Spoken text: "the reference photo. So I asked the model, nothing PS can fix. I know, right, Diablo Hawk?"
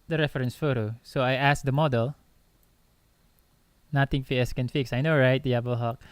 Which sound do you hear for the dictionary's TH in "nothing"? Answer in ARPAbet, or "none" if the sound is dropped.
T